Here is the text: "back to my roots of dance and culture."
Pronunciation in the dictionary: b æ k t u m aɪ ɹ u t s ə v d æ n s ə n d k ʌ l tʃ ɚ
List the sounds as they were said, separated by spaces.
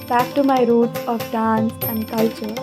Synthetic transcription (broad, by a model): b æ k t u m aɪ ɹ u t ə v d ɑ n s ə n d k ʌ l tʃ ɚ